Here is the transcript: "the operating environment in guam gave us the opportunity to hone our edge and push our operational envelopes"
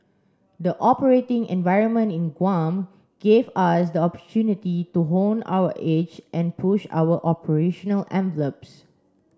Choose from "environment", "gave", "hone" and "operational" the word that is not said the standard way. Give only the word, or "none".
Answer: none